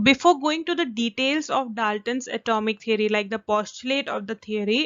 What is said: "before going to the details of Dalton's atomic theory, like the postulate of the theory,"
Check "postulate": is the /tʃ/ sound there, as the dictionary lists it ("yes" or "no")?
yes